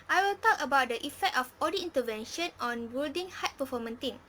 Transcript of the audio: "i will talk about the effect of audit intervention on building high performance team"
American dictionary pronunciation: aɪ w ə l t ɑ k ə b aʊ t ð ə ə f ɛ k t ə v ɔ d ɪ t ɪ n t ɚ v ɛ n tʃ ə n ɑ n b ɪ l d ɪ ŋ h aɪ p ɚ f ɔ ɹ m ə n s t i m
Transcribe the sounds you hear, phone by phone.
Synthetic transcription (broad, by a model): aɪ w ə l t ɑ k ə b aʊ t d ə ə f ɛ k t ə f ɔ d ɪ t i n t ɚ v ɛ n ʃ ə n ɑ n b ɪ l d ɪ ŋ h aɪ p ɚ f ɔ m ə n t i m